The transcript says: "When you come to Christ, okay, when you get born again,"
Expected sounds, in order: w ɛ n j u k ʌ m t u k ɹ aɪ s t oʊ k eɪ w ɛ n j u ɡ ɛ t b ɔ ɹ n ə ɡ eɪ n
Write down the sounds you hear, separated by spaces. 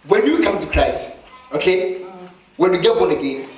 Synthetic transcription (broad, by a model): w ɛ n j u k ʌ m t u k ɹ aɪ s oʊ k eɪ w ɛ n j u ɡ ɛ t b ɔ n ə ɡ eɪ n